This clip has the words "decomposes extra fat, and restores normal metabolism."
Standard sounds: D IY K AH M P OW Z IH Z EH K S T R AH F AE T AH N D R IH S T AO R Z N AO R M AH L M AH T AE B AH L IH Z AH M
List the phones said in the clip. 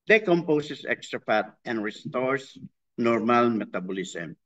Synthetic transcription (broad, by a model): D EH K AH M P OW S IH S EH K S T R AH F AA T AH N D R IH S T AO R S N AO R M AH L M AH T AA B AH L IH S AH M